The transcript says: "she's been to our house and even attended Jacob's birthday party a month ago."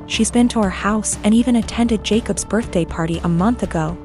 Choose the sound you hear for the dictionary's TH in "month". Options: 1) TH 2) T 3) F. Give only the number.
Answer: 1